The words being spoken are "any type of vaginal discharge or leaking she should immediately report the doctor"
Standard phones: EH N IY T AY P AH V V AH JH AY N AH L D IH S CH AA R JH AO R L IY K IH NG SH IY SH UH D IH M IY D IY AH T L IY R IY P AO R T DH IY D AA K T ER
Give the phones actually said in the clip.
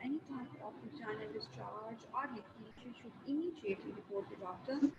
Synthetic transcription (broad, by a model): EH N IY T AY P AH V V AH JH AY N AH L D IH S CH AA L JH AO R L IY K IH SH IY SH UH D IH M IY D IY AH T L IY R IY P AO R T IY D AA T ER